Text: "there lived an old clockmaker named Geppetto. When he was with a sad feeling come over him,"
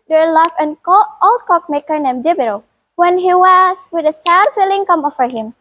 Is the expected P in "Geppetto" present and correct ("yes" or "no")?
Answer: no